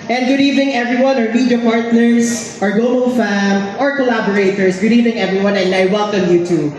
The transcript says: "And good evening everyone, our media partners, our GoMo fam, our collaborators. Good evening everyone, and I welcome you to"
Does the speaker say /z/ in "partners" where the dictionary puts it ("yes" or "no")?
no